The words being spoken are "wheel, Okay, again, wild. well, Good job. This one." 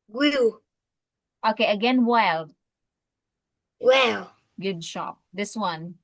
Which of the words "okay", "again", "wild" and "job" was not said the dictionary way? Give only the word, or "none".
job